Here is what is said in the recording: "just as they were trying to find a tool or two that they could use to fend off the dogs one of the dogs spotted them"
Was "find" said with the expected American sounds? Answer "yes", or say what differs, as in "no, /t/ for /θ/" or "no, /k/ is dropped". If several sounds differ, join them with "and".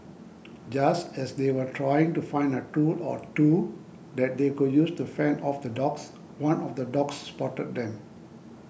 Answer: yes